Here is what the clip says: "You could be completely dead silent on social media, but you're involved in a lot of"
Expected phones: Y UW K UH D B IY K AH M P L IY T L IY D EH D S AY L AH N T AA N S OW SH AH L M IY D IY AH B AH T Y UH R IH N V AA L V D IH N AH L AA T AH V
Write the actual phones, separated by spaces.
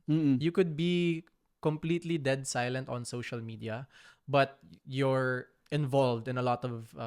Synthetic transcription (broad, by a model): Y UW K UH D B IY K AH M P L IY T L IY D EH D S AY L AH N T AA N S OW SH AH L M IY D IY AH B AH T Y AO R IH N V AA L V D IH N AH L AA T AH V